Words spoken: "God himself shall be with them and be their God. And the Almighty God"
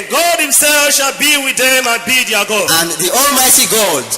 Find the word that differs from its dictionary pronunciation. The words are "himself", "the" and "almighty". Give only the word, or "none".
none